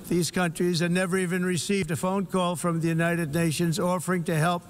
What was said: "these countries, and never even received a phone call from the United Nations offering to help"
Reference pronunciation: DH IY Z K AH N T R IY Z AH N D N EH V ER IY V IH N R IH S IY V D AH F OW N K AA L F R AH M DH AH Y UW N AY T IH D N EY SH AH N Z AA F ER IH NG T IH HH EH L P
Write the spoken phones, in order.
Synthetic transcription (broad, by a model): DH IY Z K AH N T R IY Z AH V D N EH V ER IY V IH N R IH S IY V D AH F OW N K AA L F R AH M DH AH Y UW N AY T IH D N EY SH AH N Z AA F ER IH NG T IH HH EH L P